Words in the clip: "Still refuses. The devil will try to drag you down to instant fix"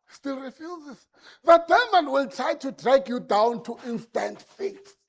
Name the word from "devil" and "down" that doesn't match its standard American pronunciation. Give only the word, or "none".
devil